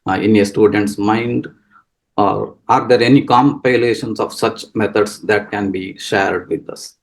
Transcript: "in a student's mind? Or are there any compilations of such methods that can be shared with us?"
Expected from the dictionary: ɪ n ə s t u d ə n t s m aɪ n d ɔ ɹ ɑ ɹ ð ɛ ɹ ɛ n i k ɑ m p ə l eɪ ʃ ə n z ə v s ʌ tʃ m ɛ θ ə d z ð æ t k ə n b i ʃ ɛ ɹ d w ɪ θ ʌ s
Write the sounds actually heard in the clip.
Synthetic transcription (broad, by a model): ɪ n ə s t u d ə n t s m aɪ n d ɔ ɹ ɑ ɹ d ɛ ɹ ɛ n i k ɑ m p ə l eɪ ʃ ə n s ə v s ʌ tʃ m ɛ t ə d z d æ t k ə n b i ʃ ɛ ɹ d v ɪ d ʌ s